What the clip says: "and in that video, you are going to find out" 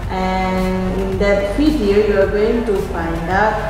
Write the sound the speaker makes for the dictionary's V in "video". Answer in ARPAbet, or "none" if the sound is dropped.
F